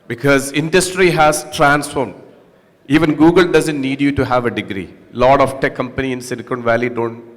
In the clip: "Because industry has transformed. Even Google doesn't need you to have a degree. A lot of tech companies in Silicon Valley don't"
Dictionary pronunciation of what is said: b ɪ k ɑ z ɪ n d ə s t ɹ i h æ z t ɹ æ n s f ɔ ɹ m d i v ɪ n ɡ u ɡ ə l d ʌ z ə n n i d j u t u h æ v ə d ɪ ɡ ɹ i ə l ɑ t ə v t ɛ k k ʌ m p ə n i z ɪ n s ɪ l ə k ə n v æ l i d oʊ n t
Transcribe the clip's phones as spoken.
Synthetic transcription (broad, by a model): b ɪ k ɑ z ɪ n d ə s t ɹ i h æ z t ɹ æ n s f ɔ ɹ m d i v ɪ n ɡ u ɡ ə l d ʌ z ə n n i d j u t u h æ v ə d ɪ ɡ ɹ i l ɑ t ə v t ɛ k k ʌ m p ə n i ɪ n s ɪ n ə k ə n v æ l i d oʊ n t